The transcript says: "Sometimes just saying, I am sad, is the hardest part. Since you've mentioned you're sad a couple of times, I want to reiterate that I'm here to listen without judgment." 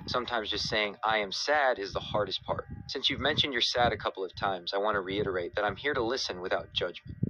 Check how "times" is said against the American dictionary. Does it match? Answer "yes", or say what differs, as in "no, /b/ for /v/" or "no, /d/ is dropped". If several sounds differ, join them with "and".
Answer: yes